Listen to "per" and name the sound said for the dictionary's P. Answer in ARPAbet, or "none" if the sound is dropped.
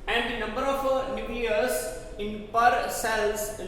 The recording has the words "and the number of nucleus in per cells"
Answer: P